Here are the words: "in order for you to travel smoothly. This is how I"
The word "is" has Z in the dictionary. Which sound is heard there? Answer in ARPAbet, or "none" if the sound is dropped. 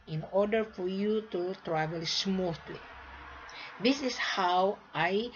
S